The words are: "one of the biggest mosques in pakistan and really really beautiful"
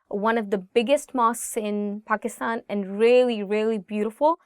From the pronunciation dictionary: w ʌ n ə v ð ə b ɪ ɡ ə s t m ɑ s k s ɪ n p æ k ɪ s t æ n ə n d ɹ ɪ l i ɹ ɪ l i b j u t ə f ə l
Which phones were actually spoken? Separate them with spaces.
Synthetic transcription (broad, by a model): w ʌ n ə v ð ə b ɪ ɡ ə s t m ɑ s s ɪ n p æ k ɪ s t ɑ n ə n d ɹ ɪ l i ɹ ɪ l i b j u t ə f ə l